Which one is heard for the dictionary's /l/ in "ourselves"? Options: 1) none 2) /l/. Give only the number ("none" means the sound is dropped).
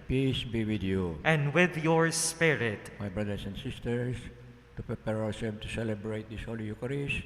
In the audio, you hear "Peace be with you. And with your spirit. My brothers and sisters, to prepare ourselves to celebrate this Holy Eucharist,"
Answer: 1